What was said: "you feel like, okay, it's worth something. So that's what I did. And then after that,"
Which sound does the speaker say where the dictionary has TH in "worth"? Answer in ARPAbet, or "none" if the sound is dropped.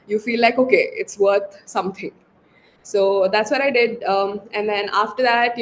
T